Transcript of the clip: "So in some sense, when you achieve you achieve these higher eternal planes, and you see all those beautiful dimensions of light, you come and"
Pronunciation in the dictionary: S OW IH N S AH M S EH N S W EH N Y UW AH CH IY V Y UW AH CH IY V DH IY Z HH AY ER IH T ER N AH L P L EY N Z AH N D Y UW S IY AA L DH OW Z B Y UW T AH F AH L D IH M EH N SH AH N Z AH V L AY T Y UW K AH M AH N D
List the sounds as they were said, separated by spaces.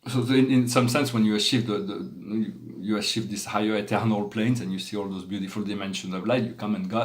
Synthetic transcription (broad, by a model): S OW IH N S AH M S EH N S W EH N Y UW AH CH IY V Y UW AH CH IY V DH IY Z HH AY ER IH T ER N AH L P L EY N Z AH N Y UW S IY AA L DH OW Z B Y UW T AH F AH L D IH M EH N SH AH N Z AH V L AY T Y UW K AH M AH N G